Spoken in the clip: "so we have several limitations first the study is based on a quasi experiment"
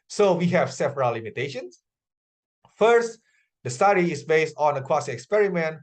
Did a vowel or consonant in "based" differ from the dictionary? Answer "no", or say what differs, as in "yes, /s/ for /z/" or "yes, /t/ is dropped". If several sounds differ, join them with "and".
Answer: no